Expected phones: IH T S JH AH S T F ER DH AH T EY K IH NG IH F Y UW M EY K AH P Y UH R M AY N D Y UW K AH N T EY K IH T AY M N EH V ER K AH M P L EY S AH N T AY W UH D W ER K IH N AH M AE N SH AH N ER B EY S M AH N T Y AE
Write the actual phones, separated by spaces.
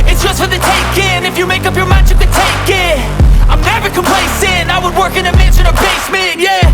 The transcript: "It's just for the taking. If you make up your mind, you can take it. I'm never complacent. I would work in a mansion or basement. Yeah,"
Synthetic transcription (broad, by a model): IH T S JH AH S T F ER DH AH T EY K IH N IH F Y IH M EY K AH P Y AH R M AY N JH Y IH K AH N T EY K IH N AY M N EH V ER K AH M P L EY S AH N AY W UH D W ER K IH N AH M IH SH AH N ER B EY S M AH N Y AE